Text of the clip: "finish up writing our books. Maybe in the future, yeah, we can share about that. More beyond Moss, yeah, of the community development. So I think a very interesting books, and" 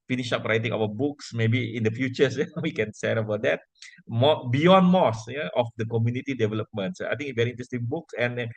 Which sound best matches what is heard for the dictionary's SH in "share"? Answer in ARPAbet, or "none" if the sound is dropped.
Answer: S